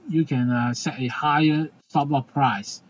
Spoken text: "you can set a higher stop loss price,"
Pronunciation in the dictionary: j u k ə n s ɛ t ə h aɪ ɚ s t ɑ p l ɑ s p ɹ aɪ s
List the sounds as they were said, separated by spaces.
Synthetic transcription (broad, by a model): j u k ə n s ɛ t ə h aɪ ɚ s t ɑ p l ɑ p ɹ aɪ s